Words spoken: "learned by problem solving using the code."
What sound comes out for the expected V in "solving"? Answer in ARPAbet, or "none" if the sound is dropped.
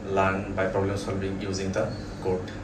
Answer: B